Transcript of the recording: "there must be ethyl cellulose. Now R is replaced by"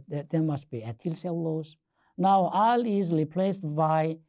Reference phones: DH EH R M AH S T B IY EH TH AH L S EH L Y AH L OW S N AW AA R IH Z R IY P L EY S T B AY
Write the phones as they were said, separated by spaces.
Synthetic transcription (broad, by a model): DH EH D M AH S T B IY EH T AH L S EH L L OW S N AW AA L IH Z R IY P L EY S T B AY